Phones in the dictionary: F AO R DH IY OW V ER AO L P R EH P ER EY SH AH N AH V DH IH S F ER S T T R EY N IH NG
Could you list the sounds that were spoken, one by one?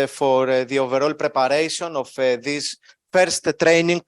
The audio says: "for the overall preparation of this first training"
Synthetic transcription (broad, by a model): F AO R DH IY OW V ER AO L P R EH P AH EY S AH N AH F DH IH S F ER S T T R EY N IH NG